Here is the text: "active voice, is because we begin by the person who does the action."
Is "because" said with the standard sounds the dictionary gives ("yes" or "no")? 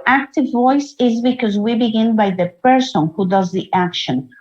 yes